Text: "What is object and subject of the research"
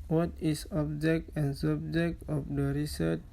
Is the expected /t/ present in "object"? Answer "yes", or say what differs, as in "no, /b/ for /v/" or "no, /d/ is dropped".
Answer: yes